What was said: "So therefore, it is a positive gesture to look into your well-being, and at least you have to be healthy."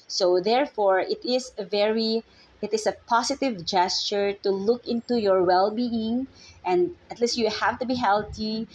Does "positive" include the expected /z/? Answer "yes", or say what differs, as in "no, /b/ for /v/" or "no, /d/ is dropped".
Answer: no, /s/ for /z/